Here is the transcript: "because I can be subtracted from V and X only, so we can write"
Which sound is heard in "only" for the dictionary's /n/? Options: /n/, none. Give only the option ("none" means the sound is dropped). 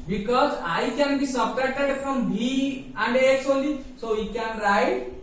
none